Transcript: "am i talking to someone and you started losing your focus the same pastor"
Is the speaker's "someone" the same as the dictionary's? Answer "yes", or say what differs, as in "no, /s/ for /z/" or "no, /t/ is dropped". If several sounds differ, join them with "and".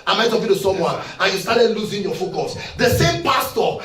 no, /n/ is dropped